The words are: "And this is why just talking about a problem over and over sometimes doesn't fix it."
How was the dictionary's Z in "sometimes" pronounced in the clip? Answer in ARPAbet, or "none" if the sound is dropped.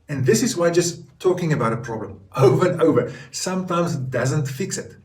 Z